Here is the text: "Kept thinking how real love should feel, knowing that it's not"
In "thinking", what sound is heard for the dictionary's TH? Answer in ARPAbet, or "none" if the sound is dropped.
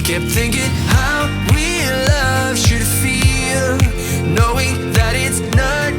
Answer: TH